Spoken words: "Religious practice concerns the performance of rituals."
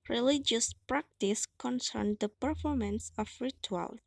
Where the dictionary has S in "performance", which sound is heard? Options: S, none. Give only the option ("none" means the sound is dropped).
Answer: S